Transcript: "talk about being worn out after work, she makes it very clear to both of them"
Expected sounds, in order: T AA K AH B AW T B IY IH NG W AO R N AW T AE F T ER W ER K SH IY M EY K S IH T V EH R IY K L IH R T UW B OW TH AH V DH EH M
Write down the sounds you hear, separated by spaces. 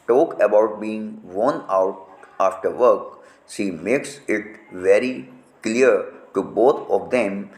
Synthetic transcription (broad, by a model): T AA K AH B AW T B IY IH NG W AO N AW T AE F T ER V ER K S IY M EY K S IH T V EH R IY K L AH R T UW B OW T AH V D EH M